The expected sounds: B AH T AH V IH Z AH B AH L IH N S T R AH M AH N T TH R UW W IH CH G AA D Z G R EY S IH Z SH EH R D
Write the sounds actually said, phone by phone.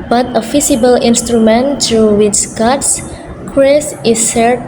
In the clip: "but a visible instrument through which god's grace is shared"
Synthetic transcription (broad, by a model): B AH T AH F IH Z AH B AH L IH N S T R AH M AH N T R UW W IH CH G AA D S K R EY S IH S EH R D